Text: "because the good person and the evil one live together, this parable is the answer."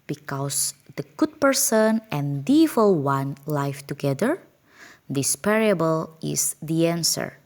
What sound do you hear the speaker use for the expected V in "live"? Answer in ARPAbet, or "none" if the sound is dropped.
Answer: F